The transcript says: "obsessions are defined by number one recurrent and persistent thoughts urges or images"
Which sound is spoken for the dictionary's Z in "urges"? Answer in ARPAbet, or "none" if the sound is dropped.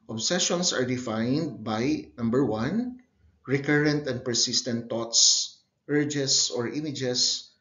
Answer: S